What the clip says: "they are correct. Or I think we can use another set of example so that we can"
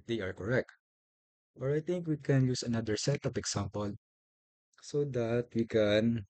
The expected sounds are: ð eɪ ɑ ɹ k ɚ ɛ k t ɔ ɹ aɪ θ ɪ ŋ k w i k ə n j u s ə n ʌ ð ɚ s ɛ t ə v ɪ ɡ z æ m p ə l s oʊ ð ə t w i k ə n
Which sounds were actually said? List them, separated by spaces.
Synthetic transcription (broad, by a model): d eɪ ɑ ɹ k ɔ ɛ k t ɔ ɹ aɪ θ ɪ ŋ k w i k ə n j u s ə n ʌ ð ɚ s ɛ t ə p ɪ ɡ s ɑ m p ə l s oʊ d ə t w i k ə n